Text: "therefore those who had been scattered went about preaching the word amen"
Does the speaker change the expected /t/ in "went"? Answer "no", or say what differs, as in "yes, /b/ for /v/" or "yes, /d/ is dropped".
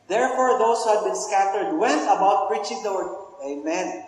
yes, /t/ is dropped